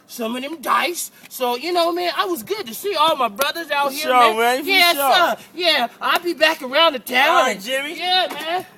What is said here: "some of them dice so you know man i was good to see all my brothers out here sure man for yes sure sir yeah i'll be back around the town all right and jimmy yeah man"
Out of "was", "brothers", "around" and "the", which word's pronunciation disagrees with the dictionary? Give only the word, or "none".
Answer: none